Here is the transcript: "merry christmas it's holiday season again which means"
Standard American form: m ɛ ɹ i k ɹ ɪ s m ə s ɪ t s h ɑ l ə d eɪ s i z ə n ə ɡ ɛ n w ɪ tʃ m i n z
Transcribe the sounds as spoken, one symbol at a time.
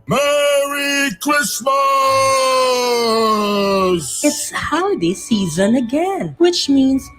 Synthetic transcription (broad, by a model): m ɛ ɹ i k l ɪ s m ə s ɪ t s h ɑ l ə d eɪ s i z ə n ə ɡ ɛ n w ɪ tʃ m i n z